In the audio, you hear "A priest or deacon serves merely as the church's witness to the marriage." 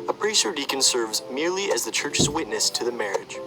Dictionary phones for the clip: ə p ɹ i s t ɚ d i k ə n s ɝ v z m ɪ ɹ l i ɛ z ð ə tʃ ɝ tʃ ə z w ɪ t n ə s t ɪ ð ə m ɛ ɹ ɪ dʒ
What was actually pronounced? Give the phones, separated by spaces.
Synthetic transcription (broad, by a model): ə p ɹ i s ɚ d i k ə n s ɝ v z m ɪ ɹ l i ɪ z ð ə tʃ ɝ tʃ ə z w ɪ t n ə s t ɪ ð ə m ɛ ɹ ɪ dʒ